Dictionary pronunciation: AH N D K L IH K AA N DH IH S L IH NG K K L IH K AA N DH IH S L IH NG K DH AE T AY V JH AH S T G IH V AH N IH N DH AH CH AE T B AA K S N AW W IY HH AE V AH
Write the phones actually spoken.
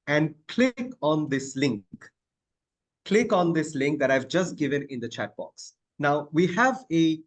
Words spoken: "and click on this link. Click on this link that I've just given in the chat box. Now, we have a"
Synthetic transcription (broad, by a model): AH N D K L IH K AA N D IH S L IH NG K K L IH K AA N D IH S L IH NG K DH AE T AY V JH AH S T G IH V AH N IH N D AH CH AE T B AA K S N AW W IY HH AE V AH